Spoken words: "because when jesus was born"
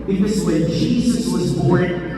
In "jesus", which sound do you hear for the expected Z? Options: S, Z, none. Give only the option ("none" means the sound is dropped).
Z